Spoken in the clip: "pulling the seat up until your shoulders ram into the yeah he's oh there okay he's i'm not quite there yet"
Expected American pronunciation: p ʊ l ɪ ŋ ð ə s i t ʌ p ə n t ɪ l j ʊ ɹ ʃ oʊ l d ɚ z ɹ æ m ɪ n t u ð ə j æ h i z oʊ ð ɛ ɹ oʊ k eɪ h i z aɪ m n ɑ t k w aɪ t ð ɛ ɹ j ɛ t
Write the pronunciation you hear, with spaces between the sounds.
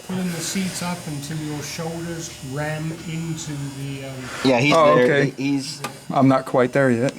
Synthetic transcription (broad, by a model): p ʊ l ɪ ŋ ð ə s i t ʌ p ə n t ɪ l j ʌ ɹ ʃ oʊ l d ɚ z ɹ æ m ɪ n t u ð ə j æ h i z oʊ oʊ k eɪ h i z aɪ m n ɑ t k w aɪ t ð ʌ ɹ j ɛ t